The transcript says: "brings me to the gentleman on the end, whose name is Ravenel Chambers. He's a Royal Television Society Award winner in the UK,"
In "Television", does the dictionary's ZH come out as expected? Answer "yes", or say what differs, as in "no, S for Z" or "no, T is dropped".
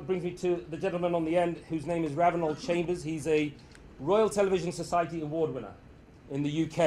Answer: yes